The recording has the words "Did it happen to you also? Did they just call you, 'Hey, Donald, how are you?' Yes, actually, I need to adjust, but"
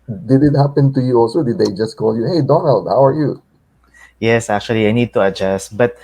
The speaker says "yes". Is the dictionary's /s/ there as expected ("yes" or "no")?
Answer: yes